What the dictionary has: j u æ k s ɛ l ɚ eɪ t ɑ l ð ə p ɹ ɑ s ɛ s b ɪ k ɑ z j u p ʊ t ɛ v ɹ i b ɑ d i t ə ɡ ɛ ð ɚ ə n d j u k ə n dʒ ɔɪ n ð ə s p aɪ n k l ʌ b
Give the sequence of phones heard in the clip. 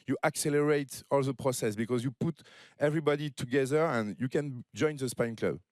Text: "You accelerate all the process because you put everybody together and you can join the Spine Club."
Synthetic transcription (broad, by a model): j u æ k s ɛ l ɚ eɪ t ɑ l ð ə p ɹ ɑ s ɛ s b ɪ k ɑ z j u p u t ɛ v ɹ i b ɑ d i t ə ɡ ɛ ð ɚ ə n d j u k ə n dʒ ɔɪ n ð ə s p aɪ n k l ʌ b